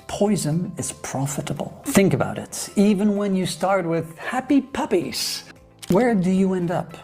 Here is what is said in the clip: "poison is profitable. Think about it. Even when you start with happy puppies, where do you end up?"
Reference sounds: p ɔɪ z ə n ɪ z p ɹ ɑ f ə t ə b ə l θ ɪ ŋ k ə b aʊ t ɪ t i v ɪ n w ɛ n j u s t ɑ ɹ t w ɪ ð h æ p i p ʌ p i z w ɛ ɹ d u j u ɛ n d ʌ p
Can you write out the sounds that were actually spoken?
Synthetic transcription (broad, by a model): p ɔɪ z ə n ɪ z p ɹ ɑ f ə t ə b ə l θ ɪ ŋ k ə b aʊ t ɪ t i v ɪ n w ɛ n j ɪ s t ɑ ɹ t w ɪ ð h æ p i p ʌ p i z w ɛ ɹ d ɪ j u ɛ n d ʌ p